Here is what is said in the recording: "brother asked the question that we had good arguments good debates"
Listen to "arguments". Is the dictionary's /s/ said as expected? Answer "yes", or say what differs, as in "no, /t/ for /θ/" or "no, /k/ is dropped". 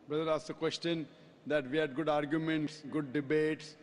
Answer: yes